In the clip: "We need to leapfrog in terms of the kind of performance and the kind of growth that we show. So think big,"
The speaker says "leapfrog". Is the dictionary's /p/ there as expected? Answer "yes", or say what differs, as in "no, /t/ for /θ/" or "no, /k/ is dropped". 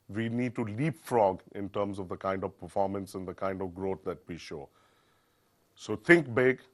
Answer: yes